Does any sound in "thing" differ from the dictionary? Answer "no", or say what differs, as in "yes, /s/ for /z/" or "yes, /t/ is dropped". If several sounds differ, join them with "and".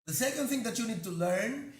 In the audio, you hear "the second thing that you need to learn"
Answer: yes, /t/ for /θ/